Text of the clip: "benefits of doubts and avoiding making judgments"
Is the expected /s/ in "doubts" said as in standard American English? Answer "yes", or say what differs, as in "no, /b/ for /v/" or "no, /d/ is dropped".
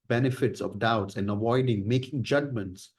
yes